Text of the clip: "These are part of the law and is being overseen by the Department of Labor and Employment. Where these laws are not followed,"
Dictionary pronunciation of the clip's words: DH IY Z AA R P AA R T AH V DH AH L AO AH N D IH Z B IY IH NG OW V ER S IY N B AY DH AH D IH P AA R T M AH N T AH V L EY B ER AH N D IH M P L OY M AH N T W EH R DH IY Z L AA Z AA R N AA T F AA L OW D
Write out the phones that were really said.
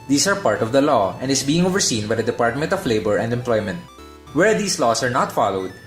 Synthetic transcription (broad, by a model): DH IY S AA R P AA R T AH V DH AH L AO AH N D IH S B IY IH NG OW V ER S IY N B AY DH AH D IH P AA R T M AH N T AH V L EY B ER AH N D IH M P L OY M AH N T W EH R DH IY S L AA S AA R N AA T F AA L OW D